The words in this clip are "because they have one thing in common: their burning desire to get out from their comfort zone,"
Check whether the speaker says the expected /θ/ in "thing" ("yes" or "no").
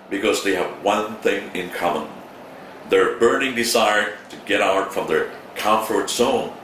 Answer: yes